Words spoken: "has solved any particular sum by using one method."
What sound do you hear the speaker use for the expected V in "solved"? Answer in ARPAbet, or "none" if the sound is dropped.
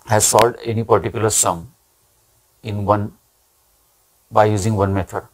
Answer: none